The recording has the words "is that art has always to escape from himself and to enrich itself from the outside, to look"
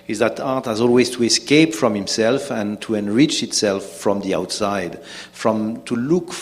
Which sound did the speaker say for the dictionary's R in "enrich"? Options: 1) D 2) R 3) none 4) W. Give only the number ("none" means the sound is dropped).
2